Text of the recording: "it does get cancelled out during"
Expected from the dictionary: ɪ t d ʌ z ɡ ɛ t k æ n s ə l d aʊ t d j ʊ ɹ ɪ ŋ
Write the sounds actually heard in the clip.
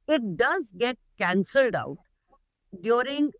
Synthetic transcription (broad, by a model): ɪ t d ʌ z ɡ ɛ t k æ n s ə l d aʊ t d j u ɹ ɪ ŋ